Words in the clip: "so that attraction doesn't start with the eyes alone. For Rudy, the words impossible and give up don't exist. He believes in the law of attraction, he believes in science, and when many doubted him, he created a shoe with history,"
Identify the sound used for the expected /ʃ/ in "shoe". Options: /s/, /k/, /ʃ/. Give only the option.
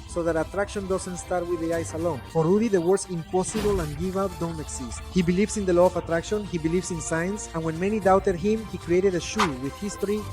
/ʃ/